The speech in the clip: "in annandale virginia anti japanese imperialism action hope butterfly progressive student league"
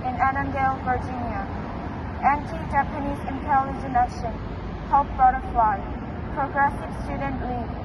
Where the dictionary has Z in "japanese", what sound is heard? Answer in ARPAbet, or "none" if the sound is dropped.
Z